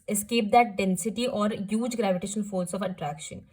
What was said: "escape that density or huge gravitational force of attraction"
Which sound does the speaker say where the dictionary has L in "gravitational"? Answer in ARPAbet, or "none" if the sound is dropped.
N